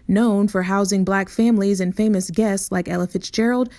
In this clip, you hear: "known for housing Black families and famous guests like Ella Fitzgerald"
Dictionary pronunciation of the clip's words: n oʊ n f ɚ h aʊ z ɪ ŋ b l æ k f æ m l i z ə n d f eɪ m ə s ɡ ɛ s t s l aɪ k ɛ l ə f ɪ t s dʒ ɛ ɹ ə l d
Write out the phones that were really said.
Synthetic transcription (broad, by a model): n oʊ n f ɚ h aʊ z ɪ ŋ b l æ k f æ m l i z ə n f eɪ m ə s ɡ ɛ s t s l aɪ k ɛ l ə f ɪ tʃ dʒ ɛ ɹ l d